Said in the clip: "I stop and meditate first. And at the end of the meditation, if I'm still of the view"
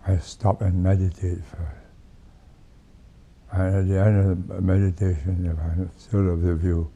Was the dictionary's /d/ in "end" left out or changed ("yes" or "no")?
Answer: no